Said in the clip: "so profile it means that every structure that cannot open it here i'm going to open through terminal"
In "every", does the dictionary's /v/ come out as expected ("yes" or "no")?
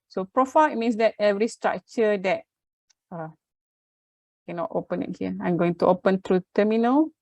yes